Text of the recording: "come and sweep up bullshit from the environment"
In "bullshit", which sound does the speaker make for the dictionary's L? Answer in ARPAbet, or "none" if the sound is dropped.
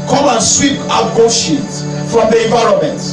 none